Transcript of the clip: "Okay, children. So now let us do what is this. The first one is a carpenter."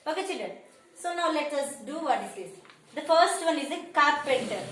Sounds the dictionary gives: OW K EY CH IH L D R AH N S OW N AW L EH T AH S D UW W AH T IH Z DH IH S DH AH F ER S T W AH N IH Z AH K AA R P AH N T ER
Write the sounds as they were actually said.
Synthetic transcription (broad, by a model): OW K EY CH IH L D AH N S OW N AW L EH T AH S D UW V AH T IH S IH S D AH F ER S T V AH N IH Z AH K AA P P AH N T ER